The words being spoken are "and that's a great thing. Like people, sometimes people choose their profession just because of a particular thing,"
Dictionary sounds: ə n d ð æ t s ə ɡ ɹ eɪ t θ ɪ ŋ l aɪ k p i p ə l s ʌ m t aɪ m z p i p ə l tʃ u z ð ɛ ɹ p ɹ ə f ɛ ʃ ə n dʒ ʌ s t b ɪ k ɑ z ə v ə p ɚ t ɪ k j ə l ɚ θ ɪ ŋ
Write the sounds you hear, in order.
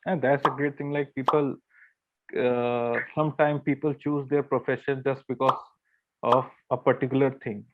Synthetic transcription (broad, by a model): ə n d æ t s ə ɡ ɹ eɪ t t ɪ ŋ l aɪ k p i p ə l s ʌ m t aɪ m p i p ə l tʃ u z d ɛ ɹ p ɹ ə f ɛ ʃ ə n dʒ ʌ s t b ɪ k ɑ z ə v ə p ɚ t ɪ k j ə l ɚ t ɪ ŋ